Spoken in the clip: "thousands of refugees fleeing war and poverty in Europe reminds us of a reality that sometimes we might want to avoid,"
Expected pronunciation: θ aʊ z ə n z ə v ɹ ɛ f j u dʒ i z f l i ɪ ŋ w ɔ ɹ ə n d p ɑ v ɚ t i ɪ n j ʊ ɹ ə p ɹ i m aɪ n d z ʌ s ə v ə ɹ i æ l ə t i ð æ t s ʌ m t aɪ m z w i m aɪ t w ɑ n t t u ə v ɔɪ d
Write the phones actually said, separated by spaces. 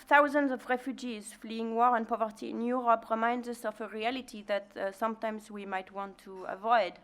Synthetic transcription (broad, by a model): θ aʊ z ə n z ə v ɹ ɛ f j u dʒ i z f l i ɪ ŋ w ɔ ɹ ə n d p ɑ v ɚ t i ɪ n j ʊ ɹ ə p ɹ i m aɪ n d z ʌ s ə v ə ɹ i æ l ə t i ð æ t s ʌ m t aɪ m z w i m aɪ t w ɑ n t t u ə v ɔɪ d